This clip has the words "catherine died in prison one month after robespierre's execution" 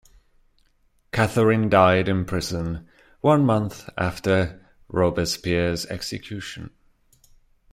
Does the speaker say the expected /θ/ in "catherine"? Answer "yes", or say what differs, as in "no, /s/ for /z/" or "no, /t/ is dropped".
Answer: yes